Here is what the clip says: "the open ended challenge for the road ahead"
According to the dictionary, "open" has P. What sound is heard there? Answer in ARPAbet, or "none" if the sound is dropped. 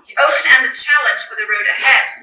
none